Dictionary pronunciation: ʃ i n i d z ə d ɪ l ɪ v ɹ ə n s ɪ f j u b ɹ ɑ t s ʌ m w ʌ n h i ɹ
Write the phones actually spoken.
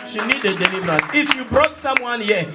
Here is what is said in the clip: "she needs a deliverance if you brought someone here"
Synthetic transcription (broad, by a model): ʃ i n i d ə d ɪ l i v ɹ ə n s ɪ f j u b ɹ ɑ t s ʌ m w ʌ n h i